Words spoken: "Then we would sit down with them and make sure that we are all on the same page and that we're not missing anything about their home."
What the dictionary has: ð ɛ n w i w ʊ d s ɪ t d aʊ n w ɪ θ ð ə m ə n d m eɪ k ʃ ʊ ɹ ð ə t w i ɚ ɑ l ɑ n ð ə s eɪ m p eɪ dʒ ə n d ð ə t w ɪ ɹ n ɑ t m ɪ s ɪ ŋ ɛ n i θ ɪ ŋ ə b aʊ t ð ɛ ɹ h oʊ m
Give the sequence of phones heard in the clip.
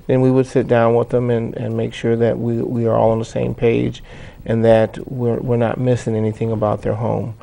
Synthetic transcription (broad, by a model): ð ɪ n w i w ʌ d s ɪ t d aʊ n w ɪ ð ə m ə n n m eɪ k ʃ ʊ ɹ ð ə t w i ɚ ɑ l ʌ n ð ə s eɪ m p eɪ dʒ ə n ð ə t w ɪ ɹ n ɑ t m ɪ s ɪ ŋ ɛ n i θ ɪ ŋ ə b aʊ t ð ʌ ɹ h oʊ m